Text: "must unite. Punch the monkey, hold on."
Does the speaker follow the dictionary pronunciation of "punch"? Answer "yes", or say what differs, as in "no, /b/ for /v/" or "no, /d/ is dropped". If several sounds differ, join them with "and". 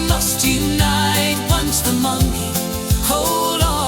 no, /s/ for /tʃ/